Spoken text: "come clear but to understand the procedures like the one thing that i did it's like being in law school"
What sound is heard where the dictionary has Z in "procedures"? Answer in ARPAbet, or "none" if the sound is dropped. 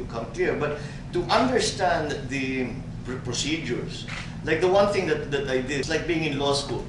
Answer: S